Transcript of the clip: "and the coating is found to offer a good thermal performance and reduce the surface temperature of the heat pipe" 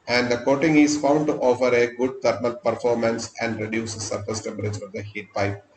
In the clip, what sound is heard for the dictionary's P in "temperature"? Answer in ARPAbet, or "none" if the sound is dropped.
none